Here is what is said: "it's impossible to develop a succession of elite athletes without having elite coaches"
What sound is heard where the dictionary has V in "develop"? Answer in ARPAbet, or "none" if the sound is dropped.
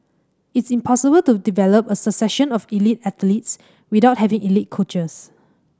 V